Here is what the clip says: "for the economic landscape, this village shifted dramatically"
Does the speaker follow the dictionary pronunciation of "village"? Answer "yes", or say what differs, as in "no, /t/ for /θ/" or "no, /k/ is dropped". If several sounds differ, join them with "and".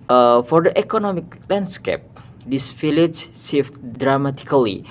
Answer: no, /f/ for /v/